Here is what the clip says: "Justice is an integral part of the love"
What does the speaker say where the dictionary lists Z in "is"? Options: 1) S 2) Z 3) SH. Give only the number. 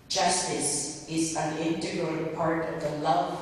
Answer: 2